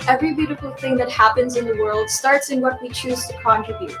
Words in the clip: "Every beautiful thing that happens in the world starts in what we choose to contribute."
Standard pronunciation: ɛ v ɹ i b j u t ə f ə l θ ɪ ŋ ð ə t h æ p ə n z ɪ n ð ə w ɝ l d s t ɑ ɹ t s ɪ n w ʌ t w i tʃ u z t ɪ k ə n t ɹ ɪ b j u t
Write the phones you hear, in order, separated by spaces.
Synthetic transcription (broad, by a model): ɛ v ɹ i b j u t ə f l θ ɪ ŋ ð ə t h æ p ə n z ɪ n ð ə w ɝ l d s t ɑ ɹ t s ɪ n w ʌ t w i tʃ u z t ɪ k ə n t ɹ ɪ b j u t